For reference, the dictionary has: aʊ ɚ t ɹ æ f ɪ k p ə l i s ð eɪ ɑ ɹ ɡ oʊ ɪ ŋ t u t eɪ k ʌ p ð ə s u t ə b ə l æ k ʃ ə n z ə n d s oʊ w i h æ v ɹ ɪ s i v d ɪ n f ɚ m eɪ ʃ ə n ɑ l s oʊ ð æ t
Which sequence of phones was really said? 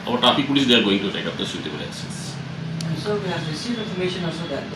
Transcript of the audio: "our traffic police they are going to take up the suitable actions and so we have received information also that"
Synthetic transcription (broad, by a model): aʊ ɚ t ɑ p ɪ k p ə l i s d eɪ ɑ ɹ ɡ oʊ ɪ ŋ t u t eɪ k ʌ p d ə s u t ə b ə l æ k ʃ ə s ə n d s oʊ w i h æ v ɹ ɪ s i v d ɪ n f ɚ m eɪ ʃ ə n ɑ l s oʊ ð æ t